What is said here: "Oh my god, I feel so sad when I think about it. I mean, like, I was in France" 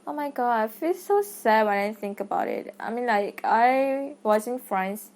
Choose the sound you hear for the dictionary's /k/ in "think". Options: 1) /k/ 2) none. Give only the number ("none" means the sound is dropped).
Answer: 1